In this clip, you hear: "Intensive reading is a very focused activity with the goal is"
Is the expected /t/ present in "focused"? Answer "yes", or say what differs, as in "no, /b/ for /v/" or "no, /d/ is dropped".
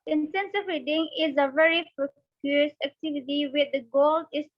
no, /t/ is dropped